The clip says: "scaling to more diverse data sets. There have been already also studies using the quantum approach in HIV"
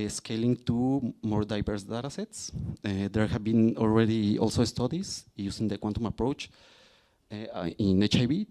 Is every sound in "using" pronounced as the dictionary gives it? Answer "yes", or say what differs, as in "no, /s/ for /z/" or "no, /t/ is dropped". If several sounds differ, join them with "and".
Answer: no, /s/ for /z/